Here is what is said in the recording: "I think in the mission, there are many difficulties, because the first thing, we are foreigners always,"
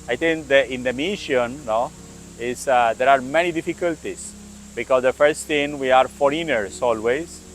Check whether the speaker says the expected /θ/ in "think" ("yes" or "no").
no